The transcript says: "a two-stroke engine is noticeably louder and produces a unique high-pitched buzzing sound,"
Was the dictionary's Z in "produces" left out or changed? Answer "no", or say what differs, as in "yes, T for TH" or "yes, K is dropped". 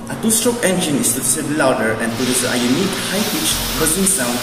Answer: yes, Z is dropped